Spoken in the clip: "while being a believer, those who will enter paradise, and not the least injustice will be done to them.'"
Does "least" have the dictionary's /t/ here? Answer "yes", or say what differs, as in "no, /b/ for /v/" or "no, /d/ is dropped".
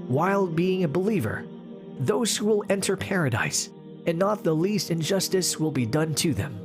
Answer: yes